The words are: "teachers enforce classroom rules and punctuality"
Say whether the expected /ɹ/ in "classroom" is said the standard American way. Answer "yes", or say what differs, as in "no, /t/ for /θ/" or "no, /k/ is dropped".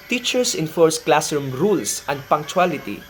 no, /ɹ/ is dropped